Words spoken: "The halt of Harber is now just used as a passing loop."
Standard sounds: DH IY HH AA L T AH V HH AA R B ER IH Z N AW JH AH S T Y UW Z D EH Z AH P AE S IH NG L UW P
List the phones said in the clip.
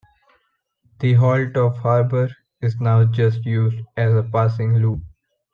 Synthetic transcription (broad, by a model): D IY HH AA L T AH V HH AA R B ER IH Z N AW JH AH S T Y UW Z D EH Z AH P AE S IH NG L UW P